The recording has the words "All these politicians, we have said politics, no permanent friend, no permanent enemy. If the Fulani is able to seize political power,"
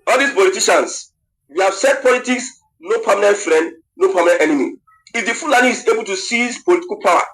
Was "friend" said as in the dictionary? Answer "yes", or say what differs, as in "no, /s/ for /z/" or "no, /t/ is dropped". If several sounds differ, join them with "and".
yes